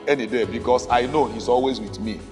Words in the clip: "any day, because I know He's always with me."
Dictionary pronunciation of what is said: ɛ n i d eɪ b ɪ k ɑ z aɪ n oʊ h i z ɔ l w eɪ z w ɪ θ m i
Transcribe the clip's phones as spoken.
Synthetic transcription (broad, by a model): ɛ n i d eɪ b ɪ k ɑ s aɪ n oʊ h i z ɔ l w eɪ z w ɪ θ m i